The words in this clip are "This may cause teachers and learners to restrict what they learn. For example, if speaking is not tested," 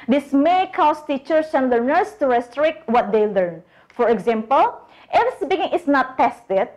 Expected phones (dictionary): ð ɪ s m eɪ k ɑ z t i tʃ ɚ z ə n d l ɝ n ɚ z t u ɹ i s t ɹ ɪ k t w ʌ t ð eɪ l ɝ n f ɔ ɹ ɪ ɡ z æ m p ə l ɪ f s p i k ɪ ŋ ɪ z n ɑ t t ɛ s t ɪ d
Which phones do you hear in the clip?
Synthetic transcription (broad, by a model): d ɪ s m eɪ k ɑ s t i tʃ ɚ s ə n l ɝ n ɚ s t u ɹ i s t ɹ ɪ k t w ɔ t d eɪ l ɝ n f ɔ ɹ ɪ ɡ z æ m p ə l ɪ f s b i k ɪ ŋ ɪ s n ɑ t t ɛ s t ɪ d